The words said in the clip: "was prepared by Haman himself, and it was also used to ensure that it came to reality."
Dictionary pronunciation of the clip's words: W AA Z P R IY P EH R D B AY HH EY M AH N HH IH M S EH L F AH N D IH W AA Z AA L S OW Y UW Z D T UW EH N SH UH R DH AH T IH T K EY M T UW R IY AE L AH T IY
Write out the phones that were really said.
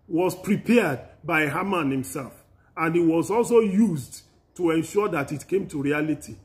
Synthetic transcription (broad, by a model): W AA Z P R IY P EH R D B AY HH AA M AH N HH IH M S EH L F AH N D IH W AA Z AA L S OW Y UW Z D T UW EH N SH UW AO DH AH T IH T K EY M T UW R IY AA L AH T IY